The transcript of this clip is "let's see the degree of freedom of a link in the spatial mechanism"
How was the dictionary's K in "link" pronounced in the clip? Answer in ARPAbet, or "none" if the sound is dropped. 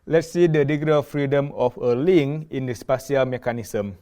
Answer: none